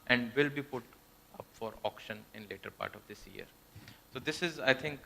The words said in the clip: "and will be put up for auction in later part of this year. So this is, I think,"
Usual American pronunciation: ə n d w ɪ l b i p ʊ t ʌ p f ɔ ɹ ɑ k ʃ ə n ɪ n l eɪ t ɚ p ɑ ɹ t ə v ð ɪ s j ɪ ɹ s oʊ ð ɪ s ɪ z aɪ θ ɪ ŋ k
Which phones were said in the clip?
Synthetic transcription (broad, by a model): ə n d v ɪ l b i p ʊ t ʌ p f ɔ ɹ ɑ k ʃ ə n ɪ n l eɪ t ɚ p ɑ ɹ t ə v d ɪ s j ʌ ɹ s oʊ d ɪ s ɪ z aɪ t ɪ ŋ k